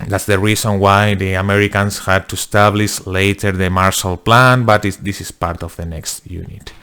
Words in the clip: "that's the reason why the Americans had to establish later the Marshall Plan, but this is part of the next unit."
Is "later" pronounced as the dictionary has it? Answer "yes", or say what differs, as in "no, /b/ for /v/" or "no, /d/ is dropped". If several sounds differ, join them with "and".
yes